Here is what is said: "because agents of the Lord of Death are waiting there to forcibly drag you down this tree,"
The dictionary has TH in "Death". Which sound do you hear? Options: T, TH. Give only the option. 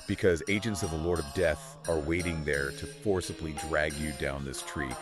TH